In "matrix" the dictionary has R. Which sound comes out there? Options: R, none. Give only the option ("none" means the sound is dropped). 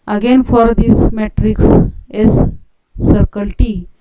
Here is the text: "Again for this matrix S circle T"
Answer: R